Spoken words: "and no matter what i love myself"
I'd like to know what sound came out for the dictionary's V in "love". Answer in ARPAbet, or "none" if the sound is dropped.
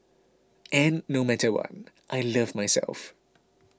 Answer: V